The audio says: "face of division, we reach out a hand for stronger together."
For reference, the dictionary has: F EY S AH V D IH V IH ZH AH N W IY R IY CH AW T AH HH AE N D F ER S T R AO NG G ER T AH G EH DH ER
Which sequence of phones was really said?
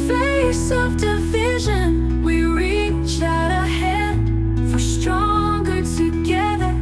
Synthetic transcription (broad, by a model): F EY S AH V D IH V IH ZH AH N W IY R IY CH AW T AH HH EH D F ER S T R AO NG G ER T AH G EH DH ER